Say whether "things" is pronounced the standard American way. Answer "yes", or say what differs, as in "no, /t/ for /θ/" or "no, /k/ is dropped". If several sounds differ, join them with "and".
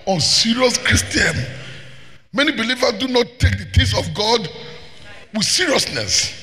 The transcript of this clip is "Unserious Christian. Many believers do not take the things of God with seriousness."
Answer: no, /t/ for /θ/